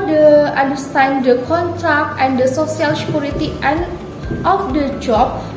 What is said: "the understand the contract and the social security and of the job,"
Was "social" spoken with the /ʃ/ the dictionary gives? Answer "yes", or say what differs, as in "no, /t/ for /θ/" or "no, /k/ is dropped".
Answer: no, /s/ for /ʃ/